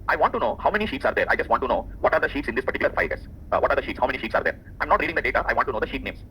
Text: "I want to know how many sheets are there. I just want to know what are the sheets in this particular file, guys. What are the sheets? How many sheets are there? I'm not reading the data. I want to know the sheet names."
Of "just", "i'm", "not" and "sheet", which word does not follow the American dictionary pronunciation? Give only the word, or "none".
none